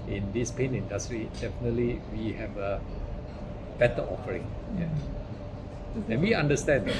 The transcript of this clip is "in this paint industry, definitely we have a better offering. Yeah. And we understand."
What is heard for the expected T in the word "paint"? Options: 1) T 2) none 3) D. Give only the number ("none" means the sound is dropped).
2